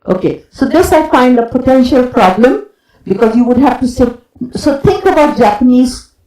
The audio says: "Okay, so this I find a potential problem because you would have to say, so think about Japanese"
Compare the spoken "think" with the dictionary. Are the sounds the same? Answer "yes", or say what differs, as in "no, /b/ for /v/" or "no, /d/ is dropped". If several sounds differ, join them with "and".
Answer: no, /t/ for /θ/